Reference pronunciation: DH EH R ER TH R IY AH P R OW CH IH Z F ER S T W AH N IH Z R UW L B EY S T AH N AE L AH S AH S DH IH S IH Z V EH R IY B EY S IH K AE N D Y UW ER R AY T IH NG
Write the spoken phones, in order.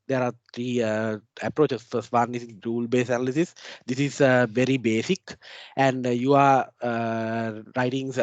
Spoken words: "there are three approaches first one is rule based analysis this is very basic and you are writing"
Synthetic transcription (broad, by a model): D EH R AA T R IY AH P R OW CH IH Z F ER S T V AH N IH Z R UW L B EY S AH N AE L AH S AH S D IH S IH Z V EH R IY B EY S IH K AE N D Y UW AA R AY T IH NG